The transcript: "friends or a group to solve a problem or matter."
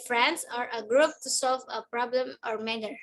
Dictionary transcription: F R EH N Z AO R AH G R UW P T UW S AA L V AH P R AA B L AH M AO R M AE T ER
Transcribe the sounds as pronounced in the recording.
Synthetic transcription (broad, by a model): F R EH N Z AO R AH G R UW P T UW S AA L V AH P R AA B L AH M AO R M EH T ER